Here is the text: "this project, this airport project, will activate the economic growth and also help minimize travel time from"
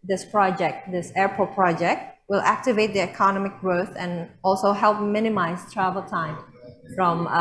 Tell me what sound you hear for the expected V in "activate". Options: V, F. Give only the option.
V